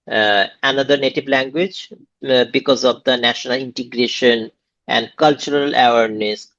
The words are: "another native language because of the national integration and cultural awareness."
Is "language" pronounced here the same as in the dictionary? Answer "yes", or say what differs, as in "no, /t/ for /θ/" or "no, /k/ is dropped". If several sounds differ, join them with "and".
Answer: yes